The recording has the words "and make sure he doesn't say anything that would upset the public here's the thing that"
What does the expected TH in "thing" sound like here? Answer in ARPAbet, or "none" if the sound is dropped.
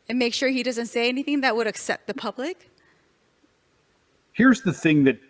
TH